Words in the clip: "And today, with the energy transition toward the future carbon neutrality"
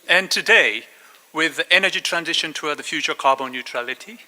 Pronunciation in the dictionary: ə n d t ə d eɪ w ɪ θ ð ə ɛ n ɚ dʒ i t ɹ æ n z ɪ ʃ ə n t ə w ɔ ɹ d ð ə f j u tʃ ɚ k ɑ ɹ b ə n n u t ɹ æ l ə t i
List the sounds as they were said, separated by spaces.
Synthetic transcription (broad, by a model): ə n t ə d eɪ w ɪ ð ɛ n ɚ dʒ i t ɹ æ n z ɪ ʃ ə n t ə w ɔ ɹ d ð ə f j u tʃ ɚ k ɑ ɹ b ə n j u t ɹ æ l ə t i